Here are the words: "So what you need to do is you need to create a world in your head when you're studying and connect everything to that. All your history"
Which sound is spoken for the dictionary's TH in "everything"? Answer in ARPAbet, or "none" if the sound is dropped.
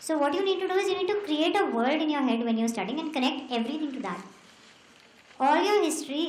T